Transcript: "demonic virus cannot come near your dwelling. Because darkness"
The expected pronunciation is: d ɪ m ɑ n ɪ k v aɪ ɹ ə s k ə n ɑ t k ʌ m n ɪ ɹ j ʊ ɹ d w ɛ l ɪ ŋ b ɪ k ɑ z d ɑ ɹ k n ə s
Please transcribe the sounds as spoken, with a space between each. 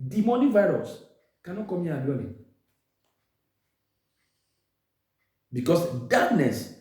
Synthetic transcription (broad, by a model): d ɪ m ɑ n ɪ v aɪ ɹ ə s k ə n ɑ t k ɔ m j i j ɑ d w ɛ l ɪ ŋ b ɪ k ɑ s d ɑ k n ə s